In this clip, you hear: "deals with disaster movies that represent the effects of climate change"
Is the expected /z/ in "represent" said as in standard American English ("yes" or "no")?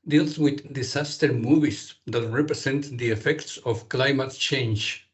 no